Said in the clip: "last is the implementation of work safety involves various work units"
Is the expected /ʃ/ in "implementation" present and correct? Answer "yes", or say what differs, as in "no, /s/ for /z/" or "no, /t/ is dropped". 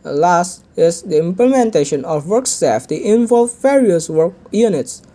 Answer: yes